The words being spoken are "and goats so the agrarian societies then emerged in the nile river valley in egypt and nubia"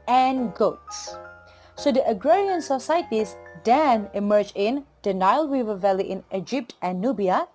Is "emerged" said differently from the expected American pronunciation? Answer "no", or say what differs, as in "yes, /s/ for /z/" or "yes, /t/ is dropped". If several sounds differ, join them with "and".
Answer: yes, /d/ is dropped